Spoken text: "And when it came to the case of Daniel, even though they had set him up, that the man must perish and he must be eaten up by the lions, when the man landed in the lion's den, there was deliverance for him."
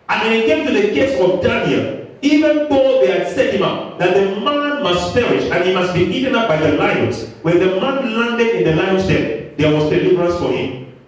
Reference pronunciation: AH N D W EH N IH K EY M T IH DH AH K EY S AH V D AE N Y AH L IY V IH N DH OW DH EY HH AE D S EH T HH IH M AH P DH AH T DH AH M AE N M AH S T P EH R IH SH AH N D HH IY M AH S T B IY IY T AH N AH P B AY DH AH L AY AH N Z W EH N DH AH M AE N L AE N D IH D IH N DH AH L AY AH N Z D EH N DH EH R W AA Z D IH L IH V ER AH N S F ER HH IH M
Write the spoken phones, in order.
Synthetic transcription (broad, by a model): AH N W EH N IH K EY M T IH DH AH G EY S AH V D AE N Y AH L IY V IH N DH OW DH EY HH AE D S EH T HH IH M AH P DH AH T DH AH M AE N M AH S T F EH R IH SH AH N HH IY M AH S T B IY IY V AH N AH P B AY DH AH L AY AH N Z W EH N DH AH M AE N L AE N D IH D IH N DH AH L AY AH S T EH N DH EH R W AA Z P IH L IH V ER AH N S F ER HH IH M